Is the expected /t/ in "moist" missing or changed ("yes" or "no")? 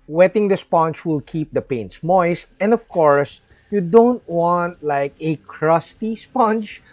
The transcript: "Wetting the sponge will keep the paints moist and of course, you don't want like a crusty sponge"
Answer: no